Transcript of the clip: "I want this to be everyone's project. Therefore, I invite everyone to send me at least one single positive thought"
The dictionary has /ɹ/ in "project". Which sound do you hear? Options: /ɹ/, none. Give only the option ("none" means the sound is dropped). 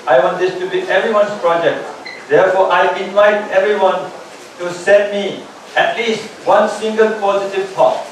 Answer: /ɹ/